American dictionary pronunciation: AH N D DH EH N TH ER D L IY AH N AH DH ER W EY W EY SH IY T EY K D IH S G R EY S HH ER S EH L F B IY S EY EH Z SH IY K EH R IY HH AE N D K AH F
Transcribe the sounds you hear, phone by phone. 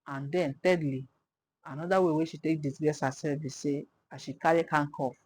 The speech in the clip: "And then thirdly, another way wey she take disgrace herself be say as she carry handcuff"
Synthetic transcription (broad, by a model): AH N D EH N T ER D L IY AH N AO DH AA W EY W EY SH IY T EY K D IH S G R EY S HH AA S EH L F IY S EY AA SH IY K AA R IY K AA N K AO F